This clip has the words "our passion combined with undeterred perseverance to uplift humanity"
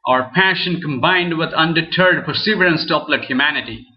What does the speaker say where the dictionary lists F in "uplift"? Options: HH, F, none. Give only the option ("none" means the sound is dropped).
none